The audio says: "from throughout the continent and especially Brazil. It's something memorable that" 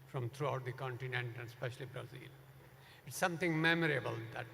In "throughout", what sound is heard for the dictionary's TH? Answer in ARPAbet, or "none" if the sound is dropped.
T